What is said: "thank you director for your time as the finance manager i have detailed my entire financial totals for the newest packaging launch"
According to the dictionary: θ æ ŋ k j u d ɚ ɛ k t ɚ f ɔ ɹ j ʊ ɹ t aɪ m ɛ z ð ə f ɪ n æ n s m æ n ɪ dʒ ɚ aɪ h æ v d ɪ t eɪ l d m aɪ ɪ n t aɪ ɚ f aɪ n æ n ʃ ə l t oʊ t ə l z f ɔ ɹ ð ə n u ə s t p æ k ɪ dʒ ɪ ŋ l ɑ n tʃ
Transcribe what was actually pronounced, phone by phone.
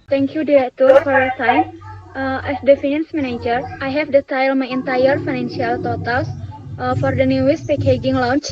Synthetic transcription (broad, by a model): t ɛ ŋ k j u d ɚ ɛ t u f ɔ ɹ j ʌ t aɪ m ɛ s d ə f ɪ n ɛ n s m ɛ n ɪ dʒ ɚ aɪ h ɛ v d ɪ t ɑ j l m aɪ ɪ n t aɪ ɚ f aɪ n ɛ n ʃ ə l t oʊ t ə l s f ɔ ɹ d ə n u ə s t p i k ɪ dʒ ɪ ŋ l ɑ n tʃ